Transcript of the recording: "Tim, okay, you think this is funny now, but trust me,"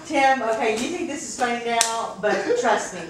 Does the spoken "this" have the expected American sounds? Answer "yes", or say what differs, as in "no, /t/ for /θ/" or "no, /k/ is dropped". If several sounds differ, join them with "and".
yes